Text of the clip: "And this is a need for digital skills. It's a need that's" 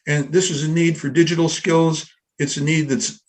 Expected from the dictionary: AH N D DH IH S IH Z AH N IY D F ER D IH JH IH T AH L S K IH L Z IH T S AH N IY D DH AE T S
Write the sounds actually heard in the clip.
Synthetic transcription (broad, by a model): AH N DH IH S IH Z AH N IY D F ER D IH JH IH T L S K IH L Z IH T S AH N IY D DH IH T S